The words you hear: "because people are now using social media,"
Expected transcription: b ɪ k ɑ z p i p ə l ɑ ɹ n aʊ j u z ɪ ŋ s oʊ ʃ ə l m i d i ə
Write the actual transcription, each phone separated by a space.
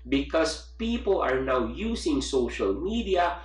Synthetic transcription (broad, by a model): b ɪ k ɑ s p i p ə l ɑ ɹ n aʊ j u s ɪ ŋ s oʊ ʃ ə l m i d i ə